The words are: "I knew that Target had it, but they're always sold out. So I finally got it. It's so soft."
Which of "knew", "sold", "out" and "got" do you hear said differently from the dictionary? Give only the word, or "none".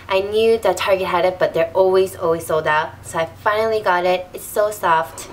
none